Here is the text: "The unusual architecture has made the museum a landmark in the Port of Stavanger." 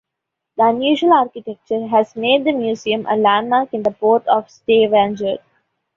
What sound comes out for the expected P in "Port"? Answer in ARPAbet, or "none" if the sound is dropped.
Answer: P